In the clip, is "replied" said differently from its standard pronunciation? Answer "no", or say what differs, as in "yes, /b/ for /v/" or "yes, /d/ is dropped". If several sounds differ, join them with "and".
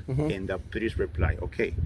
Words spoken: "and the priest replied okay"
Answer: yes, /d/ is dropped